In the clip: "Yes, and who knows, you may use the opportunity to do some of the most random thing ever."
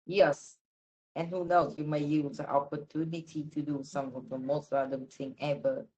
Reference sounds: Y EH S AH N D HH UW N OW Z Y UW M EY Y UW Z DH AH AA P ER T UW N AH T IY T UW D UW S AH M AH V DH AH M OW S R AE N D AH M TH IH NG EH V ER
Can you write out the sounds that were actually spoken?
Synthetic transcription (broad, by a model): Y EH S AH N HH UW N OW S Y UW M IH Y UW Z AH AA P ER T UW N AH T IY T UW D UW S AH M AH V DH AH M OW S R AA D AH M T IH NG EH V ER